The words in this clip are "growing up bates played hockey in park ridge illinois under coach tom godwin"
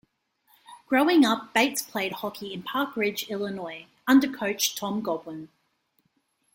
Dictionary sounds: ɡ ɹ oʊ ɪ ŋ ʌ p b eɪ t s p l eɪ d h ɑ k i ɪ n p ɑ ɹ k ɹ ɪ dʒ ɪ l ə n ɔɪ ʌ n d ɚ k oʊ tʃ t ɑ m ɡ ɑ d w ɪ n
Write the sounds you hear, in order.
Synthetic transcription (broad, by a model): ɡ ɹ oʊ ɪ ŋ ʌ p b eɪ t s p l eɪ d h ɑ k i ɪ n p ɑ k ɹ ɪ dʒ ɪ l ə n ɔɪ ʌ n d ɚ k oʊ tʃ t ɑ m ɡ ɑ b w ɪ n